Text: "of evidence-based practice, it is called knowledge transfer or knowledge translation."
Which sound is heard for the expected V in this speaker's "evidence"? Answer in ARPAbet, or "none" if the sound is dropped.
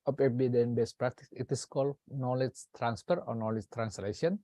B